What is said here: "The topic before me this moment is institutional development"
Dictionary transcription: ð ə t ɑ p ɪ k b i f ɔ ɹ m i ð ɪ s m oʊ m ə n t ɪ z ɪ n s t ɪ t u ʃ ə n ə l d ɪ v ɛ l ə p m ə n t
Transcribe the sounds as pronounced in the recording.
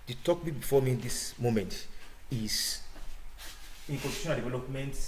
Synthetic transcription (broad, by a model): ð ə t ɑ b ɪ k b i f ɔ m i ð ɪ s m oʊ m ə n t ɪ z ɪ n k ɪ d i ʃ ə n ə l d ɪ v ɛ l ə p m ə n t